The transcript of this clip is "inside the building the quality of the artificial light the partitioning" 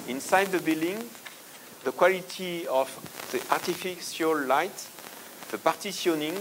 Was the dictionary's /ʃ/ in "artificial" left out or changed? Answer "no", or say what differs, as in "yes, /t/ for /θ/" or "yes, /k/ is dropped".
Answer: yes, /s/ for /ʃ/